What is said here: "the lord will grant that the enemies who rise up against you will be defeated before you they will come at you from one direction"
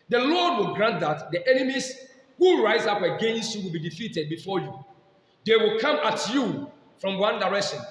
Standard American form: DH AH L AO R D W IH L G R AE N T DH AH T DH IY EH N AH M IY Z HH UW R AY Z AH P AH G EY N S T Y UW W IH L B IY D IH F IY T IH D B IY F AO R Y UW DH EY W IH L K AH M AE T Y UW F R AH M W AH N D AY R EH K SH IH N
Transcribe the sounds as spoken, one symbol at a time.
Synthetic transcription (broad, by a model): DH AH L AO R D W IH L G R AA N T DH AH T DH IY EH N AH M IY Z HH UW R AY Z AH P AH G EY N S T Y UW W IH L B IY D IH F IY T IH D B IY F AO Y UW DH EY W IH L K AH M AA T Y UW F R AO M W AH N D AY R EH K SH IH N